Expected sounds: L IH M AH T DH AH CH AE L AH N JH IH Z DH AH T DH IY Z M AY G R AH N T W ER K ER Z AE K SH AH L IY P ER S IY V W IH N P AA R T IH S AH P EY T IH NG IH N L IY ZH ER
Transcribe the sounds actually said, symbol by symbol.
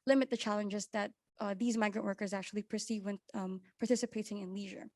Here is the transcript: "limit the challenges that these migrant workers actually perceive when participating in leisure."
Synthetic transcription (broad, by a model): L IH M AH T DH AH CH AE L AH N JH IH Z DH AH T DH IY Z M AY G R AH N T W ER K ER Z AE K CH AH L IY P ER S IY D W IH N P AA R T IH S AH P EY T IH NG IH N L IY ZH ER